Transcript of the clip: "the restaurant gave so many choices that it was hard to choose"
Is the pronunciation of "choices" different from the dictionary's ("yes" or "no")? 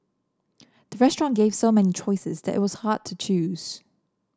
no